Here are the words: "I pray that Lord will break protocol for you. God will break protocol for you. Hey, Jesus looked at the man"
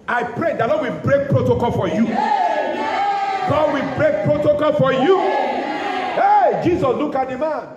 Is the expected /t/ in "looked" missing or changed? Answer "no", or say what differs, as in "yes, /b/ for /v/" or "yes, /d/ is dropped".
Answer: yes, /t/ is dropped